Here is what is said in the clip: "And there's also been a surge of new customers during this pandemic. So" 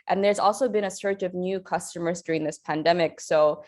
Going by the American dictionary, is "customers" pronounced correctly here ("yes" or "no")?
yes